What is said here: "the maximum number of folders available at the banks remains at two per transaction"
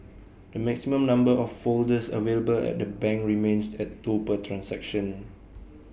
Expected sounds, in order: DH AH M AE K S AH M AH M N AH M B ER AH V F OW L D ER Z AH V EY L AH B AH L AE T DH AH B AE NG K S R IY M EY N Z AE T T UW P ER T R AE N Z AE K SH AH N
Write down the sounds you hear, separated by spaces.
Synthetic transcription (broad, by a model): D AH M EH K S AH M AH M N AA M B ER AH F OW L D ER S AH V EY L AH B AH L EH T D AH B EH NG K R IY M EY N S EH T T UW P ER T R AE N S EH K SH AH N